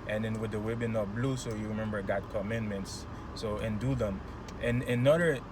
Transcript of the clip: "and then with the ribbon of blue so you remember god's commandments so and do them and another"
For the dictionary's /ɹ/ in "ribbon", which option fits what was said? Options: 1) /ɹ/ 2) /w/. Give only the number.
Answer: 2